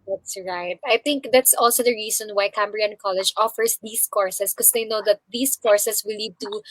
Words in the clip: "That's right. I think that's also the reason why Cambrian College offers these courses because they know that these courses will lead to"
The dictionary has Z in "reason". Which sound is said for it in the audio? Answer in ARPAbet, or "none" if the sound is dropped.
S